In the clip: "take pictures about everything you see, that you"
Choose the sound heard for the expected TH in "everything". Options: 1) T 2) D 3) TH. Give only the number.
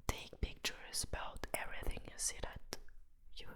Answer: 3